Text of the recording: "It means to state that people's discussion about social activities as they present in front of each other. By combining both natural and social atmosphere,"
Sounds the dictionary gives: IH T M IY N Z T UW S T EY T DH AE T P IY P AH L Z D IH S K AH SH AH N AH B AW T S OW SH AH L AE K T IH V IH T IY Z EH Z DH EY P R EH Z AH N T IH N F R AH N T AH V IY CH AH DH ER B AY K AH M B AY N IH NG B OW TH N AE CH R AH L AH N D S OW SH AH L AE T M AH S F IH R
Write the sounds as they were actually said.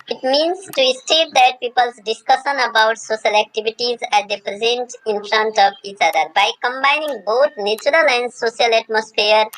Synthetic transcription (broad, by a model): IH T M IY N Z T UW S T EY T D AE T P IY P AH L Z D IH S K AH SH AH N AH B AW T S OW SH AH L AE K T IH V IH T IY Z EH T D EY P R EH Z AH N T IH N F R AH N T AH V IY CH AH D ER B AY K AH M B AY N IH NG B OW T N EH CH R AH L AH N D S OW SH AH L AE T M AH S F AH R